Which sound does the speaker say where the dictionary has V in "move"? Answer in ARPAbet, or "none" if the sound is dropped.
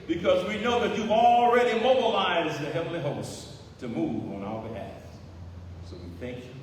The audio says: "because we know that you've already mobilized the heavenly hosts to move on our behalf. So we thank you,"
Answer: V